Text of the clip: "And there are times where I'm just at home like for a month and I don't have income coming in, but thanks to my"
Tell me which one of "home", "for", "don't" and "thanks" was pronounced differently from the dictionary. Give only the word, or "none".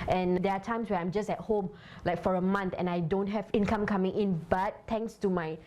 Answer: thanks